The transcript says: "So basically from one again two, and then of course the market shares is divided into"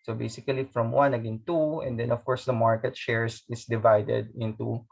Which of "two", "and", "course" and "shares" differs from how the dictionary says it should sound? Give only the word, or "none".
shares